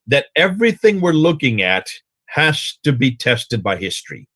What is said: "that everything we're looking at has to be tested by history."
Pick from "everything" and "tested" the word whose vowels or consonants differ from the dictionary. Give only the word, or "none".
none